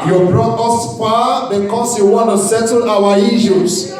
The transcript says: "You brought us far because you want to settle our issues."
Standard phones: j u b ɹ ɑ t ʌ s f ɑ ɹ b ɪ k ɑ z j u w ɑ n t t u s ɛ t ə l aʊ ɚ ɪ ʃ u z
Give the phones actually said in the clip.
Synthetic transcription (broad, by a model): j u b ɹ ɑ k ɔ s p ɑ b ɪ k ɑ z j u w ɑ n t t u s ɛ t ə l aʊ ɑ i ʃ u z